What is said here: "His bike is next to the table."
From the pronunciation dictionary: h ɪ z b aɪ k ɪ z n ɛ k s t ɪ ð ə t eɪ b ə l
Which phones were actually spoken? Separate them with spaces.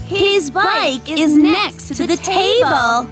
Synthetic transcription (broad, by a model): h ɪ z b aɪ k ɪ z n ɛ k s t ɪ ð ə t eɪ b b l